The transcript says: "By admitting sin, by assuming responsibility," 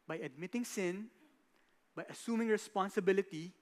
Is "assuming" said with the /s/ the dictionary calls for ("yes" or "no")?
yes